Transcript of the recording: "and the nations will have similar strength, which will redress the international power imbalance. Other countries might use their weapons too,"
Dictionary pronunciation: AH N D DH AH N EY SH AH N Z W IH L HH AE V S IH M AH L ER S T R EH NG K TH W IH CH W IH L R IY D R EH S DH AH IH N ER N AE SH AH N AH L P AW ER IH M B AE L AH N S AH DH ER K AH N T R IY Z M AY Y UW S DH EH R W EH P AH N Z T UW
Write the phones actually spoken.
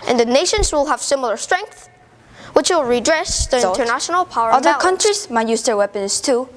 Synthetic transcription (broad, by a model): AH N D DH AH N EY SH AH N Z W IH L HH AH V S IH M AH L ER S T R EH NG K TH W IH CH W IH L R IY D R EH S DH AH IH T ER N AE SH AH N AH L P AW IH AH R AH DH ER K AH N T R IY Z M AY Y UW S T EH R W EH P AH N S T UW